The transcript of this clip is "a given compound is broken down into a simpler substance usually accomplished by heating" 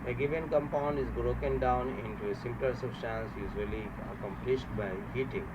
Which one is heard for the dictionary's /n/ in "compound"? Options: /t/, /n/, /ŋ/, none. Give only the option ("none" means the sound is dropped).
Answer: /n/